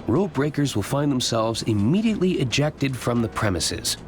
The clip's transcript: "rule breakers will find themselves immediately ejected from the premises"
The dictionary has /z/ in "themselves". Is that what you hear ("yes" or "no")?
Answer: yes